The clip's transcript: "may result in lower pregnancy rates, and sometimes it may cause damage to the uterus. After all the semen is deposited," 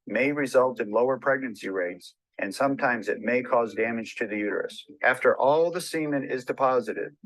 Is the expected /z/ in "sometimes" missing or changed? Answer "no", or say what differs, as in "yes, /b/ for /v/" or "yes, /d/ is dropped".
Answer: no